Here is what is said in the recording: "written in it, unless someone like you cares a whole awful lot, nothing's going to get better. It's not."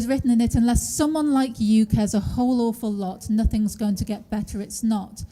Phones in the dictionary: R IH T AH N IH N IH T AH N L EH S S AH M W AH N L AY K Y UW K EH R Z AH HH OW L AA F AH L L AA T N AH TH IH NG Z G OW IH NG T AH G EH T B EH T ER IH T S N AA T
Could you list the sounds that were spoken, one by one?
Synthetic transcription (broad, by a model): R IH T N IH N IH T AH N L EH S S AH M W AH N L AY K Y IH K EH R Z AH HH OW L AA F AH L L AA T N AH TH IH NG Z G OW IH NG T AH G EH T B EH T ER IH T S N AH T